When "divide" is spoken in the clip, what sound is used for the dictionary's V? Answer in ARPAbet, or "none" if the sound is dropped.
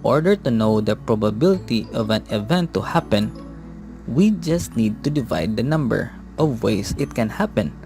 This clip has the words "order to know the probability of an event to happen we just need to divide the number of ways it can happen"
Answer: V